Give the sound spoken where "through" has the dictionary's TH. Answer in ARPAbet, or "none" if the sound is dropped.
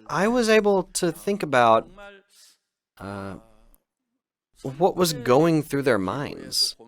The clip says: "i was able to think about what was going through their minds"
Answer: TH